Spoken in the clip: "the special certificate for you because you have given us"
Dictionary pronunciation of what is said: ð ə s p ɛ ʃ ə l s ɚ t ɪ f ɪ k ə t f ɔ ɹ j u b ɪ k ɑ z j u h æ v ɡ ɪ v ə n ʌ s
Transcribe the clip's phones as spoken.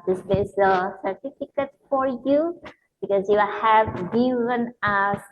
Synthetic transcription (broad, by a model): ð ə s b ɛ s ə s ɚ t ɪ f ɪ k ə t f ɔ ɹ j u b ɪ k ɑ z j u h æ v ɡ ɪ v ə n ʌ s